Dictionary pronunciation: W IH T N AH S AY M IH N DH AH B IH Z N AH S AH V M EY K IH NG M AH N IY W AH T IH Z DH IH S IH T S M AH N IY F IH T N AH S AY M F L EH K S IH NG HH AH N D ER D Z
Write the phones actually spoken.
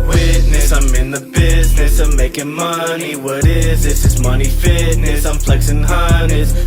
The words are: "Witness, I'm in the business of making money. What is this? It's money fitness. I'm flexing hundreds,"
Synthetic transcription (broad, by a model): W IH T N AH S AY M IH N DH AH B IH Z N AH S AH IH M EY K IH NG M AH N IY W AH T IH Z DH IH S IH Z M AH N IY F IH T N AH S AY M F L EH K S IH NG HH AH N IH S